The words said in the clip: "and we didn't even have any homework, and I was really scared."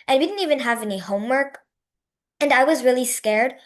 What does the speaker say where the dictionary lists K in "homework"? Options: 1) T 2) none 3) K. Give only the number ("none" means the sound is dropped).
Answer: 3